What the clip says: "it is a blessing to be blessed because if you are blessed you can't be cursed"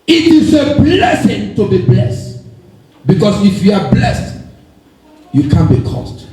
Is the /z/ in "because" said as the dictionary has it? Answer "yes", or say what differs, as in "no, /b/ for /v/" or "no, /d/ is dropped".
no, /s/ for /z/